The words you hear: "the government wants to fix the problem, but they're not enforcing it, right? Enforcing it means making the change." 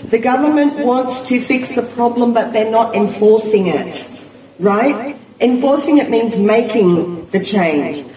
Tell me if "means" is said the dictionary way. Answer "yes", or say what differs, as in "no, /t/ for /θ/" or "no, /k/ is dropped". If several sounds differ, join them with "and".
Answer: yes